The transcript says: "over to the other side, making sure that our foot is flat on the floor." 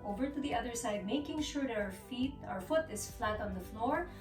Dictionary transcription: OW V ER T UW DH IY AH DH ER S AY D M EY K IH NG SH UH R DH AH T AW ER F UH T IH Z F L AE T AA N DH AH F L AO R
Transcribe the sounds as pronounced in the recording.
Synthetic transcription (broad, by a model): OW V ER T UW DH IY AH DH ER S AY D M EY K IH NG SH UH R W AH T AW ER F UH T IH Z F L AE T AA N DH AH F L AO R